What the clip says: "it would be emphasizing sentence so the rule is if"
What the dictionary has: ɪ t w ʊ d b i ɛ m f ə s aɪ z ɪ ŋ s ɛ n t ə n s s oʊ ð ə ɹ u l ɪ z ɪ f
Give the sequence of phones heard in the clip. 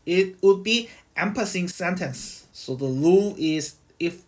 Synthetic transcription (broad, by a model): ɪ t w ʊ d b i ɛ m p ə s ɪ ŋ s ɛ n t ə n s s oʊ ð ə l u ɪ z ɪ f